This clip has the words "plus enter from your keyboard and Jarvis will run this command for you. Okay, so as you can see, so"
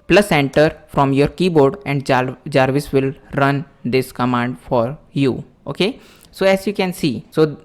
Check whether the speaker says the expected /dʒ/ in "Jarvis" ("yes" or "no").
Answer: yes